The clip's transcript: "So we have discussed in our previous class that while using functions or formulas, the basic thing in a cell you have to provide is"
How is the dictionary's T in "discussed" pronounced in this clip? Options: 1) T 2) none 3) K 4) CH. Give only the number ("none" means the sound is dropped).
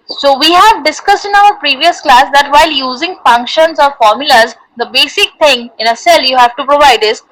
1